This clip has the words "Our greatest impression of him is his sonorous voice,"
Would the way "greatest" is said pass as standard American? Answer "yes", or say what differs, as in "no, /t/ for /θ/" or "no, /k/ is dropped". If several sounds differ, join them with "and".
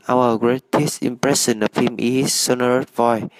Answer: yes